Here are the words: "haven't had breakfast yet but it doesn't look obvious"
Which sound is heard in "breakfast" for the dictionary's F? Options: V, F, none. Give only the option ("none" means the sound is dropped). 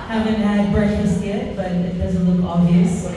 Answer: none